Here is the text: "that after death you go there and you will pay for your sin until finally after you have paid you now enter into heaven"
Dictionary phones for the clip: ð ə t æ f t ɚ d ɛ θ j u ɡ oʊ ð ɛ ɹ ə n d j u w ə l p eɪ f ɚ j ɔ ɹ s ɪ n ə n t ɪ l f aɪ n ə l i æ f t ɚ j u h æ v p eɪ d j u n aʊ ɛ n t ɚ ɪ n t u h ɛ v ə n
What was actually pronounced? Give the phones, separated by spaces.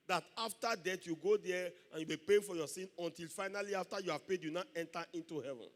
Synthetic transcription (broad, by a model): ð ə t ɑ f t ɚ d ɛ t j u ɡ oʊ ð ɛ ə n j u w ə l p eɪ f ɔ j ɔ s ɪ n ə n t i l f aɪ n ə l i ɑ f t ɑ j u h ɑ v p eɪ d j u n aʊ ɛ n t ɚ ɪ n t u h ɛ v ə n